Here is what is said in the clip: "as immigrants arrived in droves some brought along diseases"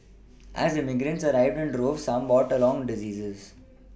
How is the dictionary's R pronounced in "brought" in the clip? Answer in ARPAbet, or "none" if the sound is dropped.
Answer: none